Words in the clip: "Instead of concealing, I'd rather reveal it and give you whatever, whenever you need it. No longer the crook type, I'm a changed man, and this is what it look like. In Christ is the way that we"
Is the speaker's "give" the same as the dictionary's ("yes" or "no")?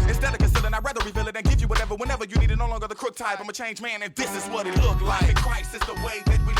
yes